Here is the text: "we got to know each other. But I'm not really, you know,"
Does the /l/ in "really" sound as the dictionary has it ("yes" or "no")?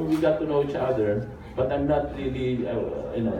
yes